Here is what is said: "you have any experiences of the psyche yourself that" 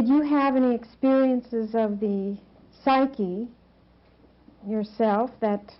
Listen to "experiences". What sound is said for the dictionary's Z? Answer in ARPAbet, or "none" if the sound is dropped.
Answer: Z